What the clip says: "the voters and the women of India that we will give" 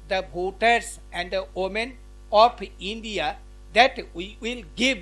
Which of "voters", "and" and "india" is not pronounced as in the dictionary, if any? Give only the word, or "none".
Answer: voters